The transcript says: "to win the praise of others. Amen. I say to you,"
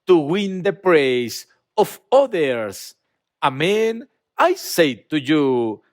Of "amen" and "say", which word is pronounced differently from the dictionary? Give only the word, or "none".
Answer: none